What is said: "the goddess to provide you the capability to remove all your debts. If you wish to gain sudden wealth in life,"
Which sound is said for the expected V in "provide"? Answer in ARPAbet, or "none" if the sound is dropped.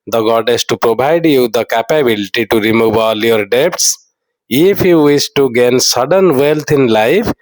B